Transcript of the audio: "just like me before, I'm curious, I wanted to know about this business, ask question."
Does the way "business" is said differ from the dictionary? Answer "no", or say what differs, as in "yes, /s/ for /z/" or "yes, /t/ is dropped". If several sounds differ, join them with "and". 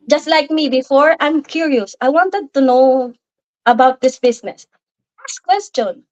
yes, /s/ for /z/